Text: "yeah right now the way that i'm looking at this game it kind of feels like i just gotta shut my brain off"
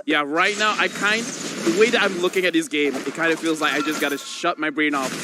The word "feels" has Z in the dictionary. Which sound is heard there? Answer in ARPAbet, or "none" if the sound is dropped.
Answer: Z